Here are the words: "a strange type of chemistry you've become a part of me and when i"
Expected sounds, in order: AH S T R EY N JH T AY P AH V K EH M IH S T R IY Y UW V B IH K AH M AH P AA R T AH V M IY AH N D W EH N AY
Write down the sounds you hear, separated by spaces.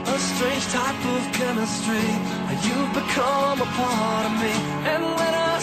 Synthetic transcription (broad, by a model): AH S T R EY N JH T AY P AH V K EH M IH S T R IY Y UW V B IH K AH M AH P AA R T AH V M IY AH N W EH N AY